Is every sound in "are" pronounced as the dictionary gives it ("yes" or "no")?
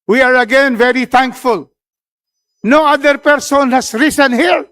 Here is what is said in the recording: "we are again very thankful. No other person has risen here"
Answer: yes